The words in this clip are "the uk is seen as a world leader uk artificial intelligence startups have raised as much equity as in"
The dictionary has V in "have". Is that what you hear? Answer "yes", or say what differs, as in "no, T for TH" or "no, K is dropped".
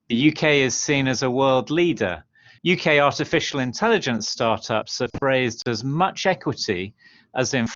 no, F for V